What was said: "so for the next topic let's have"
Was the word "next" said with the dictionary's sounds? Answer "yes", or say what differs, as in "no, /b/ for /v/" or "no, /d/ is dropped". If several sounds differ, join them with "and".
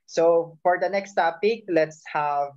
yes